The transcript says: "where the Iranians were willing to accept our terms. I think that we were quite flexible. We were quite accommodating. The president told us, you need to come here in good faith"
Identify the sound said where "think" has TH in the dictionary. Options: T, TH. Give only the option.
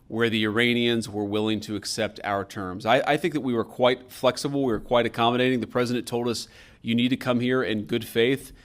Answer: TH